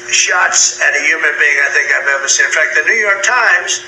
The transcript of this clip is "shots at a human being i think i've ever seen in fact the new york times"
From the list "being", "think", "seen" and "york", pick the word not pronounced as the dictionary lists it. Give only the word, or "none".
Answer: seen